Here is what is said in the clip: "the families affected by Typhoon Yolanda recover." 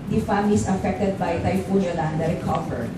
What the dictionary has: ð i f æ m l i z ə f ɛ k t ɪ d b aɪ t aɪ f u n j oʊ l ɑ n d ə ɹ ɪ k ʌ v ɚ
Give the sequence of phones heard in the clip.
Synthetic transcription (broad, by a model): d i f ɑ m i s ə f ɛ k t ɪ d b aɪ t aɪ f u n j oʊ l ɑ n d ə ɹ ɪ k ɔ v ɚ